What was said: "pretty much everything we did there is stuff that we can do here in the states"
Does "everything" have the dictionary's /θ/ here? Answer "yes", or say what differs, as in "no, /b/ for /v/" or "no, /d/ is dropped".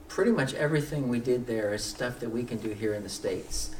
yes